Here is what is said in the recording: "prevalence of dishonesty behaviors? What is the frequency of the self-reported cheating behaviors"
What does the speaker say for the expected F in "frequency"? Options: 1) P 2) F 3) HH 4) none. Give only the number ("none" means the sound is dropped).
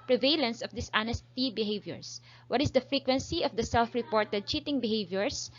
2